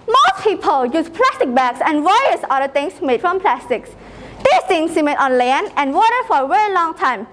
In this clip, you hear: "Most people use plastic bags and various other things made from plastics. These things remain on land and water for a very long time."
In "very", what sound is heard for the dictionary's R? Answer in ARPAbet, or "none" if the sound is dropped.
R